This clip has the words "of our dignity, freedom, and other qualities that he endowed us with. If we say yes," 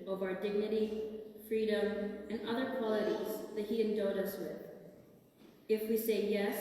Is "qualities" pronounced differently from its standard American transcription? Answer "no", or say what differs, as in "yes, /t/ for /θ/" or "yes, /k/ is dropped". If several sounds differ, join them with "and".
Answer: no